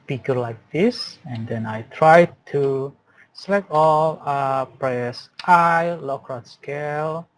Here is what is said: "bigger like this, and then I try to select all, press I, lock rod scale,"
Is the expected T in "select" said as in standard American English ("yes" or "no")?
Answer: no